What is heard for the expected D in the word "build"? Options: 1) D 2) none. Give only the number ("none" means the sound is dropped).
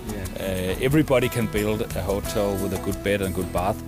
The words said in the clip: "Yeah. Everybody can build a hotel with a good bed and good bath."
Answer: 1